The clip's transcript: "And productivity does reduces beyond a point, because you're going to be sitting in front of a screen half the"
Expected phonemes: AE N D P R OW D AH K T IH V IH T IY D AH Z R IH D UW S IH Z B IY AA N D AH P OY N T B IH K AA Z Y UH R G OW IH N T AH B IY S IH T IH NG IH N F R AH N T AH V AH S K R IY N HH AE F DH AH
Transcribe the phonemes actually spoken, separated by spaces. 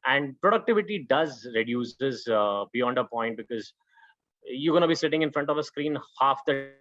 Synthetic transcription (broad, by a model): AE N D P R OW D AH K T IH V IH T IY D AH Z R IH D UW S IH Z B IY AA N D AH P OY N T B IH K AA Z Y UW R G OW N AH B IY S IH T IH NG IH N F R AH N T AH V AH S K R IY N HH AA F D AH